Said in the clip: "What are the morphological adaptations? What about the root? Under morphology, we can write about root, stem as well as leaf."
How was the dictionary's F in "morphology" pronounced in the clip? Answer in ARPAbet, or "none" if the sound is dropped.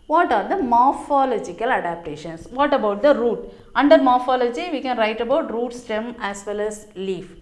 F